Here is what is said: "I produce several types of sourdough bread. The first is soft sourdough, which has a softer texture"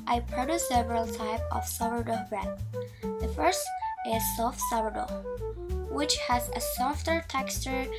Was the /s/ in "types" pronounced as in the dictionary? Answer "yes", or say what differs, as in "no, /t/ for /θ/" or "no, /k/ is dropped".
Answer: no, /s/ is dropped